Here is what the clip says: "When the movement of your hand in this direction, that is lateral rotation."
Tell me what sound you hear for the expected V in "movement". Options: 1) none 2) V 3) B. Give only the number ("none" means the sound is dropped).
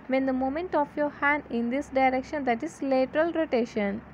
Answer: 1